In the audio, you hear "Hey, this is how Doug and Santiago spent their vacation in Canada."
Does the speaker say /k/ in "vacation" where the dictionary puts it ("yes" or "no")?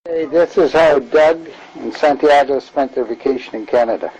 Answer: yes